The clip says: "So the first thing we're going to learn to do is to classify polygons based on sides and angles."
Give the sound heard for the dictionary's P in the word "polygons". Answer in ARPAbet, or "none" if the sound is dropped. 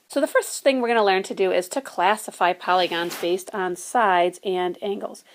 P